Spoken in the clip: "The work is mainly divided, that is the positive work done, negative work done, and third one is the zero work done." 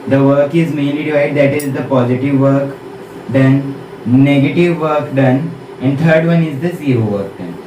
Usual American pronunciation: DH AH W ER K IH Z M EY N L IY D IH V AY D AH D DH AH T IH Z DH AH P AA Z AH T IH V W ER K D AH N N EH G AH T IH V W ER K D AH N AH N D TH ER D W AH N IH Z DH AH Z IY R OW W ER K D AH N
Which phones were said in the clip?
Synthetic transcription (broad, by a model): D AH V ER K IH Z M EY N L IY D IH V AY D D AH T IH Z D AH P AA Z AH T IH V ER K D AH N N EH G AH T IH V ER K D AH N AH N D T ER D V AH N IH Z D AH S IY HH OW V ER K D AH N